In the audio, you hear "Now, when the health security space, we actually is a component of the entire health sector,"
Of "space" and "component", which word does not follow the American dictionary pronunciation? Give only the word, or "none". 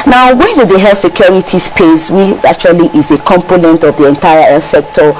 none